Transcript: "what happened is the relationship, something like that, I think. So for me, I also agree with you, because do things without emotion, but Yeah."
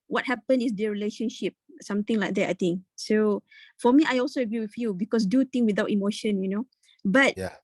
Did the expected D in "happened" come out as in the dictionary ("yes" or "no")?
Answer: no